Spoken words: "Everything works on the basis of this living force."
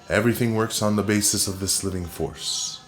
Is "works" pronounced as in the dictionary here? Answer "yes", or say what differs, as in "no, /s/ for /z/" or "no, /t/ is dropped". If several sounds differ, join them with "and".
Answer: yes